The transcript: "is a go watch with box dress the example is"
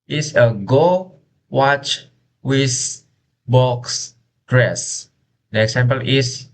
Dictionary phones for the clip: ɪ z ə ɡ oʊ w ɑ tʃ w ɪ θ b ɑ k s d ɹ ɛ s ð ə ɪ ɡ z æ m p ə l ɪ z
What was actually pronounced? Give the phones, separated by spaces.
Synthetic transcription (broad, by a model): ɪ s ə ɡ oʊ w ɑ tʃ w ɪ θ b ɑ k s d ɹ ɛ s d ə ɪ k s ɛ m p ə l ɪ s